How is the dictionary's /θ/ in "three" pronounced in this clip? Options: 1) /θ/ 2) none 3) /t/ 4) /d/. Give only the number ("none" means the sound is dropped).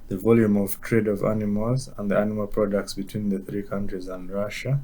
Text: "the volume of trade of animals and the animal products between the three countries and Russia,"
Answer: 1